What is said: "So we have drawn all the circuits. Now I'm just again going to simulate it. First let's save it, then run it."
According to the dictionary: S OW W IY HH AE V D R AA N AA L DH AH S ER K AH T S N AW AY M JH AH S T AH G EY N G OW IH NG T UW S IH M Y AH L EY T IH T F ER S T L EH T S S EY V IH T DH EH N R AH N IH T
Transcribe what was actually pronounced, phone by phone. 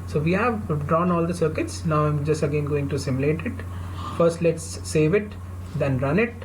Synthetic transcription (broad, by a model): S OW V IY HH AE V D R AA N AA L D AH S ER K AH T S N AW AY M JH AH S T AH G EY N G OW IH NG T UW S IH M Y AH L EY T IH T F ER S T L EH T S S EY V IH T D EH N R AH N IH T